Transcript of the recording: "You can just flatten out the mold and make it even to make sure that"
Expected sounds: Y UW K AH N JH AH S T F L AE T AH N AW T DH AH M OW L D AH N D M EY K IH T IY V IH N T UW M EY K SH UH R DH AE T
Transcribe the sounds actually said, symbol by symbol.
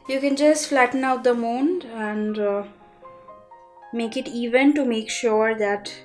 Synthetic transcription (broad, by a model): Y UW K AH N JH AH S T F L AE T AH N AW T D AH M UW N D AH N D M EY K IH T IY V IH N T UW M EY K SH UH R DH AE T